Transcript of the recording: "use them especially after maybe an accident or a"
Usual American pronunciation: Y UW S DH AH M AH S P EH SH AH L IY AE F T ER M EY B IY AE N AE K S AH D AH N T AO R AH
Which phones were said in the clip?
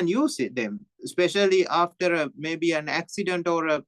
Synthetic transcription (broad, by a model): Y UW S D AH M S P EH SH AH L IY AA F T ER M EY B IY AE N AE K S AH D AH N T AO R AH